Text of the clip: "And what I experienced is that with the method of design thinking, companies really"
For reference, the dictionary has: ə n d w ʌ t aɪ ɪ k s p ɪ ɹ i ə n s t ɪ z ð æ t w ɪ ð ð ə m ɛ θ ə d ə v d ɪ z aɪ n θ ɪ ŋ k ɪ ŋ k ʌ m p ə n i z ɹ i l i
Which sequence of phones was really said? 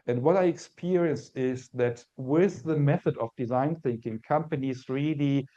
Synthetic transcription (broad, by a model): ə n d w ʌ t aɪ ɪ k s p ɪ ɹ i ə n s ɪ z ð æ t w ɪ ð ð ə m ɛ θ ə d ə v d ɪ z aɪ n θ ɪ ŋ k ɪ ŋ k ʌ m p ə n i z ɹ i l i